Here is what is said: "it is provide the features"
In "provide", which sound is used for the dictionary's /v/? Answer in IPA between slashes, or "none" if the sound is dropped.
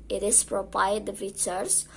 /p/